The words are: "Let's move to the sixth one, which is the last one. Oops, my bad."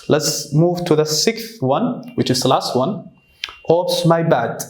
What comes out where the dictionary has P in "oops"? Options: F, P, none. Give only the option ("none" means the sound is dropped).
none